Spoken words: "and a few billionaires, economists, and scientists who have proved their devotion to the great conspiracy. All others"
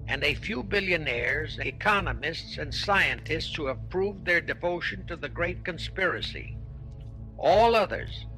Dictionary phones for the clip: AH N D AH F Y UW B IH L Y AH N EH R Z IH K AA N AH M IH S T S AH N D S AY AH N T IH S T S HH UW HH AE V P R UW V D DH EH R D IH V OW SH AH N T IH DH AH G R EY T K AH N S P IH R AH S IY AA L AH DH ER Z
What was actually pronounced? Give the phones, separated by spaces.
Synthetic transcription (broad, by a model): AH N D AH F Y UW B IH L Y AH N EH R Z IH K AA N AH M IH S T S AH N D S AY AH N T IH S T S HH UW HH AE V P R UW V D DH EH R D IH V OW SH AH N T IH DH AH G R EY T K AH N S P IH R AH S IY AA L AH DH ER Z